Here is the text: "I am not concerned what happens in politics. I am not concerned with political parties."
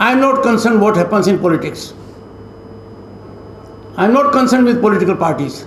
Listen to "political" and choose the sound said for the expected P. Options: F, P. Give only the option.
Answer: P